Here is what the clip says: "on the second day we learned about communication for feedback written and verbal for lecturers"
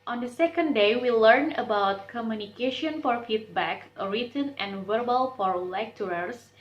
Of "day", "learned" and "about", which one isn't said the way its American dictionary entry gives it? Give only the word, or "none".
learned